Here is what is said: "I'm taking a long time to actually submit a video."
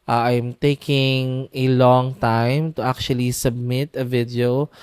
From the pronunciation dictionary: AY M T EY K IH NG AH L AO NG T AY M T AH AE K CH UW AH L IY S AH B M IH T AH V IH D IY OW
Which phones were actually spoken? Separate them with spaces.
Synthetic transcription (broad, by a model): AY M T EY K IH NG AH L AO NG T AY M T AH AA K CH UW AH L IY S AH B M IH T AH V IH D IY OW